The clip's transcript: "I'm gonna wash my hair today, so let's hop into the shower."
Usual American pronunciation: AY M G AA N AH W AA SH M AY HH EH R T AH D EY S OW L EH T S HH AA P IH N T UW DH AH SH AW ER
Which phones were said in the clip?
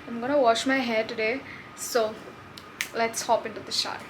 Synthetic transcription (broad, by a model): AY M G AA N AH W AA SH M AY HH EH T AH D EY S OW L EH T S HH AA P IH N T UW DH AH SH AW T